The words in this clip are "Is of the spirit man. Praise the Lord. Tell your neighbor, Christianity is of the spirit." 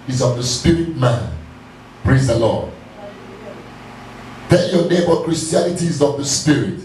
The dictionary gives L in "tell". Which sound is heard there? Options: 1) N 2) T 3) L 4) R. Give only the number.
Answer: 1